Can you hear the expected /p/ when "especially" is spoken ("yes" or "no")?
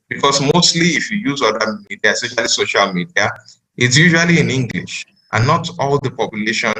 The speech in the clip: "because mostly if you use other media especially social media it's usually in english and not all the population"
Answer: no